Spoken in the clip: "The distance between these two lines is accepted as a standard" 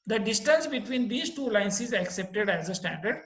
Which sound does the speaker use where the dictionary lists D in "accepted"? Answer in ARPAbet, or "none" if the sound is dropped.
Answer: D